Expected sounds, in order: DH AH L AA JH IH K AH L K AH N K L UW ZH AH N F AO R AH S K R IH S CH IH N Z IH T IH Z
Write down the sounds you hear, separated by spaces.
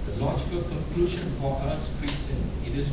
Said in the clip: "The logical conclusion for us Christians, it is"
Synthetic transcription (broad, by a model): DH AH L AA JH IH K AH L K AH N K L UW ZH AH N P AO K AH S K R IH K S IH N IH T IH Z